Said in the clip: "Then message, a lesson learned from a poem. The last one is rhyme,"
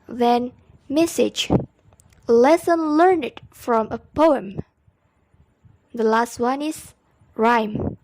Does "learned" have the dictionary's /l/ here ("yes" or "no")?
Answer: yes